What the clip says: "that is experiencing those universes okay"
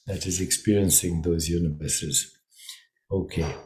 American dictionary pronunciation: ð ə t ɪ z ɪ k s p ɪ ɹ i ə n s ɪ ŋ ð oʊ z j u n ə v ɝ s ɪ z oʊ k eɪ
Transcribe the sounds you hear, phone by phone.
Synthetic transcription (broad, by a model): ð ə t ɪ z ɪ k s p ɪ ɹ i ə n s ɪ ŋ ð oʊ z j u n ə v ɝ s ɪ z oʊ k eɪ